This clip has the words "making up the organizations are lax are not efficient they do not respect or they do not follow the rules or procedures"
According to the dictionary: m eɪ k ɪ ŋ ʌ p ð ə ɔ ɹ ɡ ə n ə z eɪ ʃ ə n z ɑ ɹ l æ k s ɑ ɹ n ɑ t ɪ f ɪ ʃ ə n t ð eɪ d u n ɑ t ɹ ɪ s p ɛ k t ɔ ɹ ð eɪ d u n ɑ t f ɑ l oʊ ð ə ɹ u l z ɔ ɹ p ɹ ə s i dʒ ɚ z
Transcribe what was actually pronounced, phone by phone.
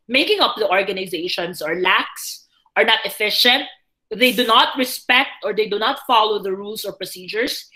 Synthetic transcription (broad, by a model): m eɪ k ɪ ŋ ʌ p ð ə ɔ ɹ ɡ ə n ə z eɪ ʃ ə n s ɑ ɹ l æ k s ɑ ɹ n ɑ t ɪ f ɪ ʃ ə n t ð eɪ d u n ɑ t ɹ ɪ s p ɛ k t ɔ ɹ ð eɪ d u n ɑ t f ɑ l oʊ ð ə ɹ u l s ɔ ɹ p ɹ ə s i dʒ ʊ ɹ